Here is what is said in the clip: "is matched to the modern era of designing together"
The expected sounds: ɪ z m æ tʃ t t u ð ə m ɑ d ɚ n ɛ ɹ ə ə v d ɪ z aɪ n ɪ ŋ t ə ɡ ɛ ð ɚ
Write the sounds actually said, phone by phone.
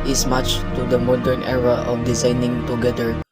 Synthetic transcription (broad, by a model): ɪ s m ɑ tʃ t t u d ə m ɑ d ɚ n ɛ ɹ ə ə f d ɪ z aɪ n ɪ ŋ t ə ɡ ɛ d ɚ